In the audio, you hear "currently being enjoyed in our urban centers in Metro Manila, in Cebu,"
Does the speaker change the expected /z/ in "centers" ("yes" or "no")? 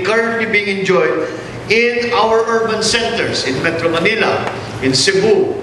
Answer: yes